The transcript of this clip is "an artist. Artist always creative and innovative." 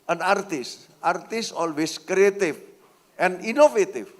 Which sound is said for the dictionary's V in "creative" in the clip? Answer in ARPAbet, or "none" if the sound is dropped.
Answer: F